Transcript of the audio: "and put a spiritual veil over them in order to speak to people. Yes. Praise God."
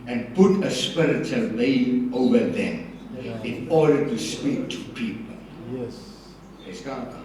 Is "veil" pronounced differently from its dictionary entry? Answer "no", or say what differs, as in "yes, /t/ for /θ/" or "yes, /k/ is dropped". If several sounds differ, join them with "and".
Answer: yes, /n/ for /l/